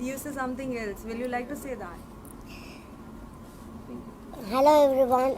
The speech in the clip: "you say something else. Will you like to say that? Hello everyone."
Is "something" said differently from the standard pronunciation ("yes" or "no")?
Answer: yes